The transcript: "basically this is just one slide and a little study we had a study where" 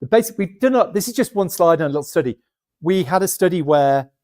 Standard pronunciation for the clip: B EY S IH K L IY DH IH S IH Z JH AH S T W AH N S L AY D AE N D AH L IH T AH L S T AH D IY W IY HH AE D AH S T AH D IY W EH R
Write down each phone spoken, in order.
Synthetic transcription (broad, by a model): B EY S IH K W IY DH IH S IH Z JH AH S T W AH N S L AY D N AH L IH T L S T AH D IY W IY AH D AH S T AH D IY W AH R